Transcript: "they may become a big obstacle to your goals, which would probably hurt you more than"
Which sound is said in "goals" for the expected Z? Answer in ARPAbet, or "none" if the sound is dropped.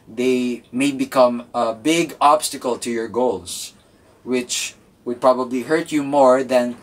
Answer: S